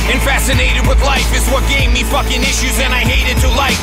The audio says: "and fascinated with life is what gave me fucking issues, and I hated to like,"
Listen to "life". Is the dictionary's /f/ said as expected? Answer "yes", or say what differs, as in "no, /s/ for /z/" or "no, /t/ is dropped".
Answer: yes